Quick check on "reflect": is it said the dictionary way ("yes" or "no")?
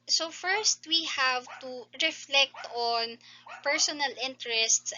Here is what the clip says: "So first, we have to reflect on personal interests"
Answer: yes